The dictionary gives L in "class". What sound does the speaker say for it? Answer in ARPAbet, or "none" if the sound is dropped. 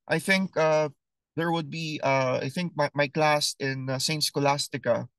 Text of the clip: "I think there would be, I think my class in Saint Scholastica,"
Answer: L